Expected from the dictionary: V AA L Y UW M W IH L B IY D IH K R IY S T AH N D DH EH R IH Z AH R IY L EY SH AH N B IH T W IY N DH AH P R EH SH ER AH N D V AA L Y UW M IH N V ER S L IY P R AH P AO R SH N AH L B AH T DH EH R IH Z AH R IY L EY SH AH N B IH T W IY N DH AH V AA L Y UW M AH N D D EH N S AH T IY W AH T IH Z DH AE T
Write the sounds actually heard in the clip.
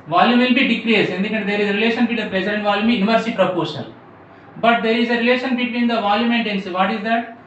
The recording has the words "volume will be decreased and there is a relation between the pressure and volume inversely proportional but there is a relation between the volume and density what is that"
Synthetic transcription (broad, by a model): V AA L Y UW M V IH L B IY D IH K R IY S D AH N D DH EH R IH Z AH R IY L EY SH AH N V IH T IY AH P R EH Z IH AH N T V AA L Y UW M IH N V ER S IY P R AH P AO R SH AH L B AH T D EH R IH Z AH R IY L EY SH AH N B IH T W IY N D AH V AA L Y UW M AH N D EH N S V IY T IH Z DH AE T